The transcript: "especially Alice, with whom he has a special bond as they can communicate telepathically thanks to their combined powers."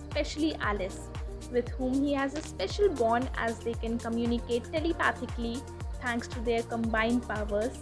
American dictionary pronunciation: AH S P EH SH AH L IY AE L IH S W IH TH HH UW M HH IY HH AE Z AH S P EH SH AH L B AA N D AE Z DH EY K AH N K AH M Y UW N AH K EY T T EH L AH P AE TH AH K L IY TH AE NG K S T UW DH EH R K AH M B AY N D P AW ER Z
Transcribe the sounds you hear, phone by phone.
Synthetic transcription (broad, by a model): S P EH SH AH L IY AE L IH S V IH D HH UW M HH IY HH AE Z AH S P EH SH AH L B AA N AE Z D EY K AH N K AH M Y UW N AH K EY T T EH L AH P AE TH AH K L IY T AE NG K S T UW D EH R K AH M B AY N D P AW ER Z